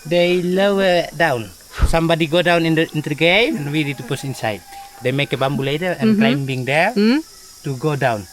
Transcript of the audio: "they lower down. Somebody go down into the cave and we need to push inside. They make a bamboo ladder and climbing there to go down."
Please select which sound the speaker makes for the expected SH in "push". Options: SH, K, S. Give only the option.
S